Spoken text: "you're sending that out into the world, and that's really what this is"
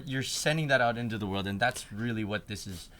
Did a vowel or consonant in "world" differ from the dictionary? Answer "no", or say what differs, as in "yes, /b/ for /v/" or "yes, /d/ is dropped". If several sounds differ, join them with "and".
no